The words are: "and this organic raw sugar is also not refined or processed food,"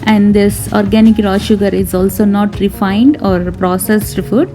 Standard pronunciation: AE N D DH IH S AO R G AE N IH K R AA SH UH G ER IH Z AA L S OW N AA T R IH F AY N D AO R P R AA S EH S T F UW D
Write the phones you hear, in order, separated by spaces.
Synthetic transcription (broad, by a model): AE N D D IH S AO R G AE N IH K R AA SH UH G ER IH Z AA L S OW N AA T R IH F AY N D AO R P R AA S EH S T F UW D